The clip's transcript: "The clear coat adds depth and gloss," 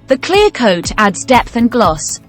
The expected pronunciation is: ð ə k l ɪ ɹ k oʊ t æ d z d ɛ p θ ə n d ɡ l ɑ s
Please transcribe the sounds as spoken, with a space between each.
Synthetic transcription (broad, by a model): ð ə k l ɪ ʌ k oʊ t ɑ d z d ɛ p θ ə n ɡ l ɑ s